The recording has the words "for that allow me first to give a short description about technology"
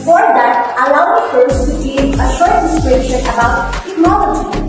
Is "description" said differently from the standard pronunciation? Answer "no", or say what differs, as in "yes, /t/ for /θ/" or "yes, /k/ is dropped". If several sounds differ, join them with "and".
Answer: yes, /p/ is dropped